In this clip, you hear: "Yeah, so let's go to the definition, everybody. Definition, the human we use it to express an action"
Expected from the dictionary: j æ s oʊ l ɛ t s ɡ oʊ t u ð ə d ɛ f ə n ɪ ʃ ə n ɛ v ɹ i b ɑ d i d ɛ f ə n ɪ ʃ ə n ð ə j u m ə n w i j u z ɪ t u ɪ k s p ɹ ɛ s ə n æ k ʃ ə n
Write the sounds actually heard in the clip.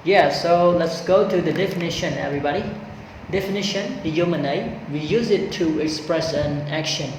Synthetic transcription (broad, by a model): j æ s oʊ l ɛ t s ɡ oʊ t u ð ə d ɛ f ə n ɪ ʃ ə n ɛ v ɹ i b ɑ d i d ɛ f ə n ɪ ʃ ə n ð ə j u m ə n w i j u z ɪ t u ɪ k s p ɹ ɛ s ə n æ k ʃ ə n